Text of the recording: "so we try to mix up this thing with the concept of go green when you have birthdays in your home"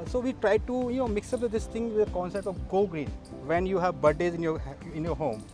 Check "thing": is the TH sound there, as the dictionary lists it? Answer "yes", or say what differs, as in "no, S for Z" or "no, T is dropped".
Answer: no, T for TH